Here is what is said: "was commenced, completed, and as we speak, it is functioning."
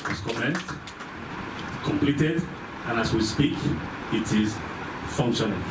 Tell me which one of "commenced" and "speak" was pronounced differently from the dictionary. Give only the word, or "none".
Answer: commenced